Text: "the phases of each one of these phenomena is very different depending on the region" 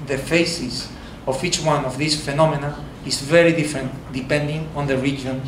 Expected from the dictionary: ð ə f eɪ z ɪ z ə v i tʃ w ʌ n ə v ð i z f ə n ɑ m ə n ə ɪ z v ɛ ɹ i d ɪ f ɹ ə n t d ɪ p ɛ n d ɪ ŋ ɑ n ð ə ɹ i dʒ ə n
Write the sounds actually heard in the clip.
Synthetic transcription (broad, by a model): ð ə f eɪ s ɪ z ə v i tʃ w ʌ n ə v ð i s f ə n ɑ m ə n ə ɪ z v ɛ ɹ i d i f ɹ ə n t d ɪ p ɛ n d ɪ ŋ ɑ n ð ə ɹ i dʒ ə n